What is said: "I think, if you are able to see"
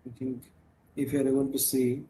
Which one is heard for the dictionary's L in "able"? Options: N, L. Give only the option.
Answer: N